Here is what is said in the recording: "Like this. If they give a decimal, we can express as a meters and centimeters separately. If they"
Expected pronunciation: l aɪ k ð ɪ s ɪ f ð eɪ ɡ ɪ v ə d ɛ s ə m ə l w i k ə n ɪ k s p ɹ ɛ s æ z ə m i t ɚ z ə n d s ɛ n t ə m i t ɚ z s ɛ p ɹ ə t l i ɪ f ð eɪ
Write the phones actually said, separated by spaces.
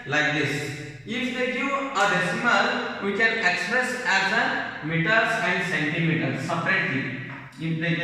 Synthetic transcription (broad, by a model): l aɪ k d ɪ s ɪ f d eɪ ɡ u ə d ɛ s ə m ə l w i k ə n ɪ k s p ɹ ɛ s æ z ə m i t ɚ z ə n d s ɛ n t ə m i t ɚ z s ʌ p ɹ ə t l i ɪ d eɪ